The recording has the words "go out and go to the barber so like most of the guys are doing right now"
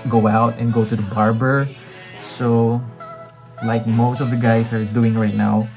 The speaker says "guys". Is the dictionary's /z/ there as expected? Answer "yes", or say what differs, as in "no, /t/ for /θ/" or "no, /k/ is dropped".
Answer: no, /s/ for /z/